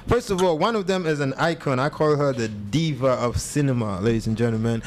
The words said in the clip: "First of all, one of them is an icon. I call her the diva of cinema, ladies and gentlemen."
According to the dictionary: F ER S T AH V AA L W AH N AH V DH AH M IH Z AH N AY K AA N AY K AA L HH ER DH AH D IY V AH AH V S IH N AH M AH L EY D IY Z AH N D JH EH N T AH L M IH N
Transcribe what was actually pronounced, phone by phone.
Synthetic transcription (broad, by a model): F ER S T AH V AA L W AH N AH V DH AH M IH Z AH N AY K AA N AY K AA L HH ER DH AH D IY V AH AH V S IH N AH M AH L EY D IY Z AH N JH EH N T L M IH N